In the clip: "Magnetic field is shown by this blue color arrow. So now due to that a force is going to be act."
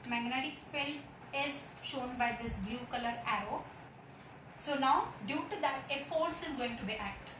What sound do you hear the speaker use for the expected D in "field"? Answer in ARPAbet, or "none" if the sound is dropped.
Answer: none